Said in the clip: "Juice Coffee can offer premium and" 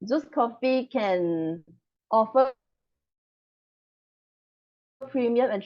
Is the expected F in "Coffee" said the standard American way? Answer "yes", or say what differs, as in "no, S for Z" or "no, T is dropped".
yes